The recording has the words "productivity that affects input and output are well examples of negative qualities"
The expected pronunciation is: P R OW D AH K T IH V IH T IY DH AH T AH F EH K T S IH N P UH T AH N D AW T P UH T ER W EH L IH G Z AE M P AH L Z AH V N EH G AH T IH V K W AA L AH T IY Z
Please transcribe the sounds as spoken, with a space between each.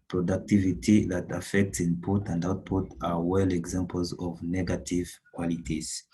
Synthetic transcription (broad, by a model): P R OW D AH K T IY V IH T IY DH AH T AH F EH K T S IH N P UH T AH N D AW T P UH T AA W EH L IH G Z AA M P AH L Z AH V N EH G AH T IH V K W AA L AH T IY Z